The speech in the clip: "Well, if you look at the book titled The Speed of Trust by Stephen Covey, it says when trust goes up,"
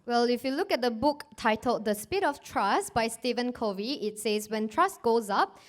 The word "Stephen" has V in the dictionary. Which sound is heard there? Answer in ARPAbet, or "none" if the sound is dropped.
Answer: V